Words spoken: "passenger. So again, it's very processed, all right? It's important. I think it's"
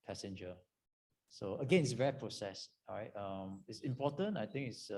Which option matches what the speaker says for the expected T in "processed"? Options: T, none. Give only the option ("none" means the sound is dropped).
none